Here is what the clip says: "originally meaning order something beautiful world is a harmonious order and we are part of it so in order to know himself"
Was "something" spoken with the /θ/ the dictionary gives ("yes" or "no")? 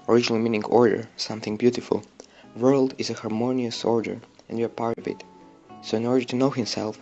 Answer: yes